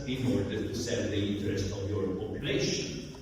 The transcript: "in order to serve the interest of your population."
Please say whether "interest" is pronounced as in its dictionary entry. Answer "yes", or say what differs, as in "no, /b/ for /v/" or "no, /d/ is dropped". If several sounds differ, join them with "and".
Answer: yes